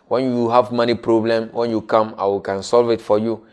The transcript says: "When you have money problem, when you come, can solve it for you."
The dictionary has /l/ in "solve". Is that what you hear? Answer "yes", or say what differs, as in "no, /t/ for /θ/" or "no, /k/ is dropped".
yes